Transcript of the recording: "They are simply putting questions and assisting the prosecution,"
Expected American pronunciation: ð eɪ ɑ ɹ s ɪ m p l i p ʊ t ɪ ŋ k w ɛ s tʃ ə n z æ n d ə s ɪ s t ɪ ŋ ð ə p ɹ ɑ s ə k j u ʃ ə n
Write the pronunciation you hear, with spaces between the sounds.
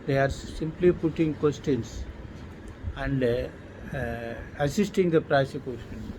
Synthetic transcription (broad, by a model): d eɪ ɑ ɹ s ɪ m p l i p ʊ t ɪ ŋ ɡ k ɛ s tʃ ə n s æ n d ə s ɪ s t ɪ ŋ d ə p ɹ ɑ s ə k j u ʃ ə n